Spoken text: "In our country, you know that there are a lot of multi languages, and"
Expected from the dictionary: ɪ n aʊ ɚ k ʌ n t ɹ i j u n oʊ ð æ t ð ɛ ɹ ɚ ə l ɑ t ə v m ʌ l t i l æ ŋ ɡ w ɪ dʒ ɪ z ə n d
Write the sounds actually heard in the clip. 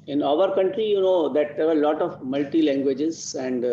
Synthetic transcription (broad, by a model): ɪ n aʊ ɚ k ʌ n t ɹ i j u n oʊ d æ t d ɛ ɹ ɚ l ɑ t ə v m ʌ l t i l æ ŋ ɡ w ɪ dʒ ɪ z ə n d